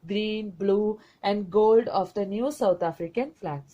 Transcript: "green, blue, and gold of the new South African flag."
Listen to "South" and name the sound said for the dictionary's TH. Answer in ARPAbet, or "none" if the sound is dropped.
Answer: T